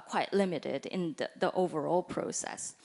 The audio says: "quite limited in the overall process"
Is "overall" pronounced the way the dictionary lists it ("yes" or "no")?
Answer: yes